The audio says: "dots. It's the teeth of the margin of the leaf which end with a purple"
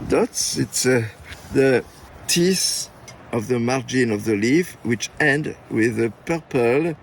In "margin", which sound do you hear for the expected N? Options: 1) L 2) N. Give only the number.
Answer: 2